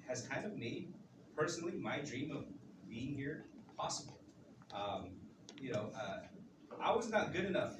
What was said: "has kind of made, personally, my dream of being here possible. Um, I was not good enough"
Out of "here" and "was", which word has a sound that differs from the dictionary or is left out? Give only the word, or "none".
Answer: none